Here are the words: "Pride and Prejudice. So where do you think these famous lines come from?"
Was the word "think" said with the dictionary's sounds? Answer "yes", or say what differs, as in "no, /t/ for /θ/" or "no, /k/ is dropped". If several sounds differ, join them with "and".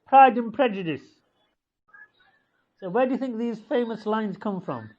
yes